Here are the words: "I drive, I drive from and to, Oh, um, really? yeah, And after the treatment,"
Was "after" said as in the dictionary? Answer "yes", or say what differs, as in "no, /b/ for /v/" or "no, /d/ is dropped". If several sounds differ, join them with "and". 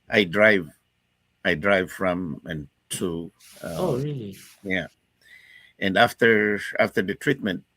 yes